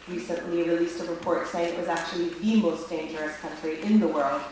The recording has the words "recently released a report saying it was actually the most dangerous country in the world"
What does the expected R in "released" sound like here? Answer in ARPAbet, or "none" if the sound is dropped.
R